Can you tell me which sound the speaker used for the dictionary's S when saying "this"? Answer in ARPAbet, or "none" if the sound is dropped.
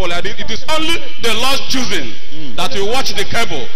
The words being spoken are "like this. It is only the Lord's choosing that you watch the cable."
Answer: none